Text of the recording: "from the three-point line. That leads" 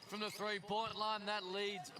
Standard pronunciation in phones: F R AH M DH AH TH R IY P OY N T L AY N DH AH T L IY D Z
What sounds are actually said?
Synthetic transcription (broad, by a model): F R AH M DH AH TH R IY P OY N T L AY N DH AH T L IY D Z